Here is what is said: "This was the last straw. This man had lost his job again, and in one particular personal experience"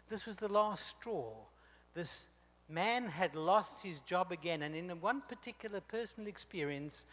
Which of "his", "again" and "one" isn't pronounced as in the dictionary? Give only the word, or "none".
none